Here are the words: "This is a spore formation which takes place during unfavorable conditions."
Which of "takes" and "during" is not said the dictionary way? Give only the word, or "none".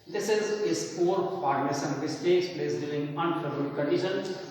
during